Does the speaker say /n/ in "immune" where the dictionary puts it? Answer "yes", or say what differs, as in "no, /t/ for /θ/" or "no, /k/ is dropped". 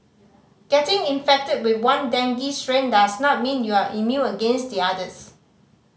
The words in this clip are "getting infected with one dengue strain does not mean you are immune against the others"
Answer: no, /n/ is dropped